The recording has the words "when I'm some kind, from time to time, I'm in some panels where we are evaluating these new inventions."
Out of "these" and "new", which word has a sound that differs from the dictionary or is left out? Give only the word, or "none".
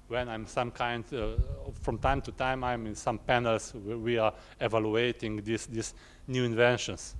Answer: these